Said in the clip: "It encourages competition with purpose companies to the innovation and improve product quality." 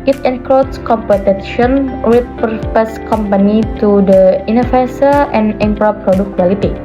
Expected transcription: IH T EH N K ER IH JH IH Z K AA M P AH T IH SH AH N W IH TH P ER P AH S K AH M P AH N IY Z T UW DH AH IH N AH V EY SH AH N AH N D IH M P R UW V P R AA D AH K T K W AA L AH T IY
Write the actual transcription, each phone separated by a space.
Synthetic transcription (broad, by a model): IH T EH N K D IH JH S K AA M P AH T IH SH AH N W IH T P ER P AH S K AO M P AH N IY T UW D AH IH N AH F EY S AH AH N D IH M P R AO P R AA D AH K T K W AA L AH T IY